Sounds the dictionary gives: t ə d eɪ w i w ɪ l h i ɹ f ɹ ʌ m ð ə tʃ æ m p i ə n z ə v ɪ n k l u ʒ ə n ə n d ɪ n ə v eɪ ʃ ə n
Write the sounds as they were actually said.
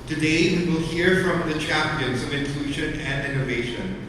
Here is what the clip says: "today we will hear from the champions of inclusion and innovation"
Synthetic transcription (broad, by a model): t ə d eɪ w i w ɪ l h i ɹ f ɹ ʌ m ð ə tʃ æ m p i ə n z ə v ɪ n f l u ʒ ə n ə n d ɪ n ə v eɪ ʃ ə n